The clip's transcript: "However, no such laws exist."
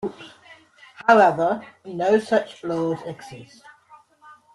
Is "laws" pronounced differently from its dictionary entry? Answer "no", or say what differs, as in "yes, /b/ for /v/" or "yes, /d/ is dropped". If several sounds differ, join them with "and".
no